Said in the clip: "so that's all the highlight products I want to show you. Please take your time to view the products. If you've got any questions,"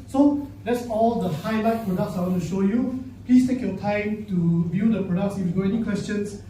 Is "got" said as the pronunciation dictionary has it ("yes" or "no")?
no